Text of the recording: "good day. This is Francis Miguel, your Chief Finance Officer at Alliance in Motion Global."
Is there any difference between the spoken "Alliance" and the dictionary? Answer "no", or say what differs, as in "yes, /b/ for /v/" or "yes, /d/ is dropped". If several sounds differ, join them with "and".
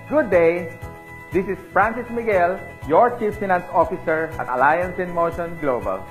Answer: no